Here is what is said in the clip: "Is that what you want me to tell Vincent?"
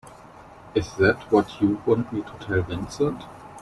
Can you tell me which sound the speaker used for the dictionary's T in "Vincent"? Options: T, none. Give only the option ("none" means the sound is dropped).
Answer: T